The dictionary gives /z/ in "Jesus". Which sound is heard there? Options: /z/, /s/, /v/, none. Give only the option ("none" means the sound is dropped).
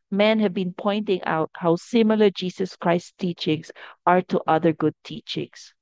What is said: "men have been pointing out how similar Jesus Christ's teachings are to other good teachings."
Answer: /s/